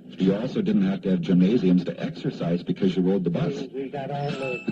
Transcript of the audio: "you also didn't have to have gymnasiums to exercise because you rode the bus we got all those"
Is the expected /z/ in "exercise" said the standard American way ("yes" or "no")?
yes